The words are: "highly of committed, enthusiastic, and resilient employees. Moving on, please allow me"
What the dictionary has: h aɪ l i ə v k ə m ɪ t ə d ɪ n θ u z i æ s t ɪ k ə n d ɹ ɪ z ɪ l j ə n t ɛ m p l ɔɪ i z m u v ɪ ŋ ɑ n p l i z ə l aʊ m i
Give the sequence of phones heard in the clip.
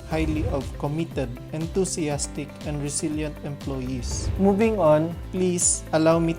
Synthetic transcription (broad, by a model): h aɪ l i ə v k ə m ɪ t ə d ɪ n t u s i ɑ s t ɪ k ə n d ɹ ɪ s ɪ l j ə n t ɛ m p l ɔɪ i s m u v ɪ ŋ ɑ n p l i s ə l aʊ m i